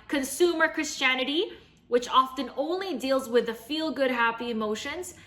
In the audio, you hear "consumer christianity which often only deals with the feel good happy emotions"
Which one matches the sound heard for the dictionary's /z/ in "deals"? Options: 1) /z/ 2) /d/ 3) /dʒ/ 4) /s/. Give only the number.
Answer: 1